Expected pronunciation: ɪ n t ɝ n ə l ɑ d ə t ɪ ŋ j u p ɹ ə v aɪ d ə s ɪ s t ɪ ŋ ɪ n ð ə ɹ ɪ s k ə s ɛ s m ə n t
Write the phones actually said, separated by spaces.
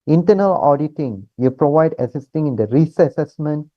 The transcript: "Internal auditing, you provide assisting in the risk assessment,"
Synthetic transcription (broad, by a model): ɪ n t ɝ n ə l ɑ d ə t ɪ ŋ j u p ɹ ə v aɪ d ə s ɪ s t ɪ ŋ ɪ n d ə ɹ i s ə s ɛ s m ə n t